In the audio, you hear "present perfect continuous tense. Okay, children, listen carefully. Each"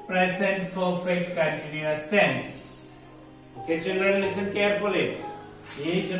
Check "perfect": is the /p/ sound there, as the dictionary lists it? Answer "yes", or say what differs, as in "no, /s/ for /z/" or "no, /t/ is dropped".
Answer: no, /f/ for /p/